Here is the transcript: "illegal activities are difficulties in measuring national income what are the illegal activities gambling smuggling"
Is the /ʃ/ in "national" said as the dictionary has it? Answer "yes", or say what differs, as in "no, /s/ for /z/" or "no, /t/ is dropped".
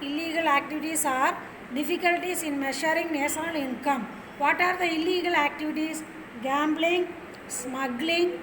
no, /s/ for /ʃ/